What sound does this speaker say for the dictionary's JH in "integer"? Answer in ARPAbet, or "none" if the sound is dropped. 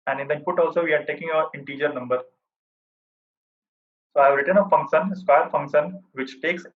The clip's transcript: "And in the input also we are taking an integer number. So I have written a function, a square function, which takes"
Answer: JH